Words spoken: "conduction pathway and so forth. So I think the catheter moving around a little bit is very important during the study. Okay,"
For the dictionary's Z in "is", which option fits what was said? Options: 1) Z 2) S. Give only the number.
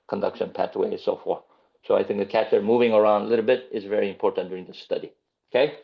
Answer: 1